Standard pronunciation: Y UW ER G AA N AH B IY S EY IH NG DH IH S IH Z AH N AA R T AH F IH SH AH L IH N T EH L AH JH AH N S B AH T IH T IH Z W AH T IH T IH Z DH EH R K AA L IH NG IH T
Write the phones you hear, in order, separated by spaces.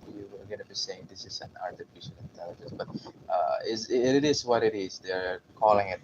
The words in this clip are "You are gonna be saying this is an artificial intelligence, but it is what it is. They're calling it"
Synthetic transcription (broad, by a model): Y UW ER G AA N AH B IY S EY IH NG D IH S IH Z AH N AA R T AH F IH SH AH N IH N T EH L AH JH AH N S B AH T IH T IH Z W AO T IH T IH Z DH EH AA K AA L IH NG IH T